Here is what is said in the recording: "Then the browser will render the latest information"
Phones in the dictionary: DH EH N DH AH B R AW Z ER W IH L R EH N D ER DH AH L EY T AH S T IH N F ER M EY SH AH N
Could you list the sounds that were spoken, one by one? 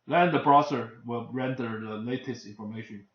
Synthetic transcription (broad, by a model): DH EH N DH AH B R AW S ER W IH L R EH N D ER DH AH L EY T AH S T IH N F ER M EY SH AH N